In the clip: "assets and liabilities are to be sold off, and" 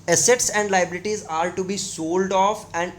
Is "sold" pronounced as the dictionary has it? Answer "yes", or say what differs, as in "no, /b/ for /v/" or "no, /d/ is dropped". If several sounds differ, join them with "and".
yes